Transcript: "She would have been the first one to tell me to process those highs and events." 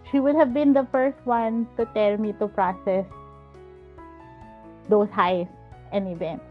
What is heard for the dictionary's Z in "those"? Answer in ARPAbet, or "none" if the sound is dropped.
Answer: S